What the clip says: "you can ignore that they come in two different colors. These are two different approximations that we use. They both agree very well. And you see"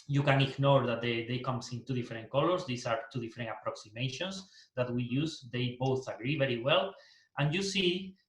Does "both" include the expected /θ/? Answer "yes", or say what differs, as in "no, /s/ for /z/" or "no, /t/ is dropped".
yes